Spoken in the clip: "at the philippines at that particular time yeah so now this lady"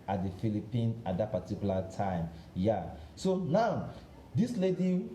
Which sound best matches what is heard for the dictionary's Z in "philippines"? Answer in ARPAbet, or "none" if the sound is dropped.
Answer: none